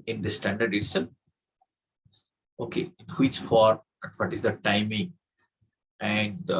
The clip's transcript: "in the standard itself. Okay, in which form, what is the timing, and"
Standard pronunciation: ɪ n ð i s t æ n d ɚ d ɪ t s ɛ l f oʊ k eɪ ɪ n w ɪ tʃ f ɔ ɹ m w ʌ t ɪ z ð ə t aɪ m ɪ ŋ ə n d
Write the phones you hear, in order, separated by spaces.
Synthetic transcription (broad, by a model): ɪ n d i s t æ n d ɚ d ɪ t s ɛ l oʊ k eɪ ɪ n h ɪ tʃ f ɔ ɹ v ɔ t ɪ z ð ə t aɪ m ɪ ŋ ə n d